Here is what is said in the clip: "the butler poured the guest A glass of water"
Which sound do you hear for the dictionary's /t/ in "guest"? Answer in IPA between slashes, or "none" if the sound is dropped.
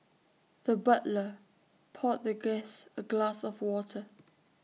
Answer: none